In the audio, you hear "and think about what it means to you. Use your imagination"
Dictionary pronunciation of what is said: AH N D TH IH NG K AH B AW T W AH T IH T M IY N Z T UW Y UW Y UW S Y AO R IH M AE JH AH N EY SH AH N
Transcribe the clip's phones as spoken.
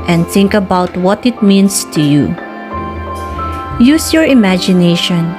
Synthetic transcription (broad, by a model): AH N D TH IH NG K AH B AW T W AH T IH T M IY N S T UW Y UW Y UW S Y AO R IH M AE JH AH N EY SH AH N